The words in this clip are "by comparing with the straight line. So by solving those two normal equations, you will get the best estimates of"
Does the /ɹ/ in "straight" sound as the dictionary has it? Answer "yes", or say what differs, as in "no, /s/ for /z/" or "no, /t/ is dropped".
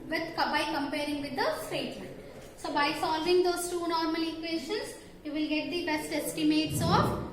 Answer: no, /ɹ/ is dropped